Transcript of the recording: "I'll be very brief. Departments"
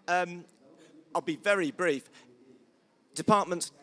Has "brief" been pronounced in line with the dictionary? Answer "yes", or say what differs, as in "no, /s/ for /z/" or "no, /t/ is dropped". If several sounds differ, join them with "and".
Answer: yes